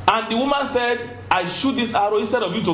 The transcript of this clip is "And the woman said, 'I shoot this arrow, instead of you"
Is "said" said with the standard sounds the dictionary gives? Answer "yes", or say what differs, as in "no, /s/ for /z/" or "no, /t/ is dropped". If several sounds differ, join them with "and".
yes